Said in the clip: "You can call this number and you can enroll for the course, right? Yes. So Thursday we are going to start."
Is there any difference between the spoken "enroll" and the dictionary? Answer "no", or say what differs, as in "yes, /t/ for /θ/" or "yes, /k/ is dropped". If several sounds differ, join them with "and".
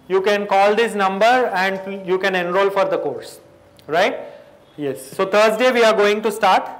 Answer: no